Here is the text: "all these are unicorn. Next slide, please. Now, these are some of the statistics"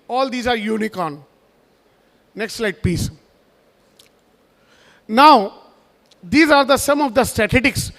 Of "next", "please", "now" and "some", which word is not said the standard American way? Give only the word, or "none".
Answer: please